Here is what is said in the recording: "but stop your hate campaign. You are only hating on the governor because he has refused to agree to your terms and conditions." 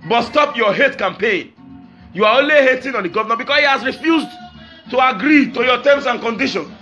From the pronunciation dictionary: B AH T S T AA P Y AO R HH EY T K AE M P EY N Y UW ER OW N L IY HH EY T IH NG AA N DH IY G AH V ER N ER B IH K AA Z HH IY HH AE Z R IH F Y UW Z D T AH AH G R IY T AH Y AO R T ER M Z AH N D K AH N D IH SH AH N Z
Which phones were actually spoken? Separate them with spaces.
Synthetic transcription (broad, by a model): B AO T S T AA P Y AO HH EY T K AE M P EY N Y UW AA OW N L IY HH EY T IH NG AA N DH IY G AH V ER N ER B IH K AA S HH IY HH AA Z R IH F Y UW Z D T AH AH G R IY T AH Y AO T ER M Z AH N K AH N D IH SH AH N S